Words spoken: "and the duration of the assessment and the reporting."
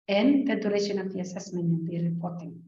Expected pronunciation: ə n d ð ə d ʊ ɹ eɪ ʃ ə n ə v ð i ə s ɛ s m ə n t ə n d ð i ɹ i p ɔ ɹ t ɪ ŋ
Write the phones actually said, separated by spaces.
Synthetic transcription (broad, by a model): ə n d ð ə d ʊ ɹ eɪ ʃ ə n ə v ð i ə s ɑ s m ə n ə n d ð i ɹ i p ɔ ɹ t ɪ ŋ